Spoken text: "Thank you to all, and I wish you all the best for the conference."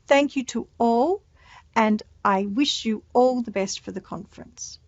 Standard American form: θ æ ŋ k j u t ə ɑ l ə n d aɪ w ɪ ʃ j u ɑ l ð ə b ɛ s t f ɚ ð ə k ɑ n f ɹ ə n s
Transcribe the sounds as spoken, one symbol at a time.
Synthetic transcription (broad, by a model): θ æ ŋ k j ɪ t ə ɑ l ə n aɪ w ɪ ʃ j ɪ ɑ l ð ə b ɛ s t f ɚ ð ə k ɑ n f ɹ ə n s